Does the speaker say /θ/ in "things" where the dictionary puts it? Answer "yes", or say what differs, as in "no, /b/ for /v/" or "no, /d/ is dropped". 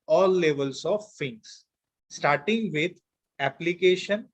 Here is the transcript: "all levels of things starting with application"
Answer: no, /f/ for /θ/